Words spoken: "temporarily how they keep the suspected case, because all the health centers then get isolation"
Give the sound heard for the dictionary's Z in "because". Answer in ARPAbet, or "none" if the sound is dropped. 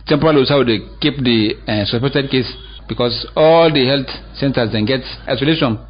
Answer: S